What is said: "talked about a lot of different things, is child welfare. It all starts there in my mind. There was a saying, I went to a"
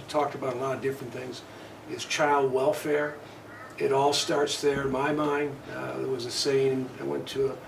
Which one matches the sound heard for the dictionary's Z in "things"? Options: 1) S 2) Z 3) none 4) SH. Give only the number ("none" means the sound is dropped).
2